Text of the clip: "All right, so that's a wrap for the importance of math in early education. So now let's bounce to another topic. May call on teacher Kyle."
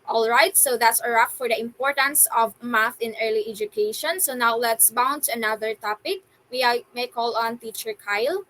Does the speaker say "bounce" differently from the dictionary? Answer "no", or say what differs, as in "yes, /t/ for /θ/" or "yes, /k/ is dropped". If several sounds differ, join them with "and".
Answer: yes, /s/ is dropped